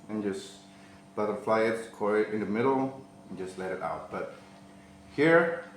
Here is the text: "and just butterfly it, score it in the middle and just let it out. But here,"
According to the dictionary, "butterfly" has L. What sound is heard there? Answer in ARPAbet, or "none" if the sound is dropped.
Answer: L